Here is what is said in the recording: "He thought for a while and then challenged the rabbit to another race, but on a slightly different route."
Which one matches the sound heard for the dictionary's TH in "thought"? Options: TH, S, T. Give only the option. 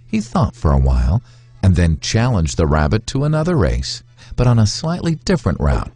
TH